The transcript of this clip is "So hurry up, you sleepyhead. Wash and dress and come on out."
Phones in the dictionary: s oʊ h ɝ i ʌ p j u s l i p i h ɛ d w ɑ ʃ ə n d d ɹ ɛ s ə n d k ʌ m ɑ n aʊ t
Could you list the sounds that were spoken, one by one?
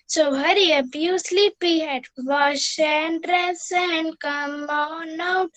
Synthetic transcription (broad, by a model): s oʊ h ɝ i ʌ b j u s l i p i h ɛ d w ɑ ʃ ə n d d ɹ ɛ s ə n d k ʌ m ɑ n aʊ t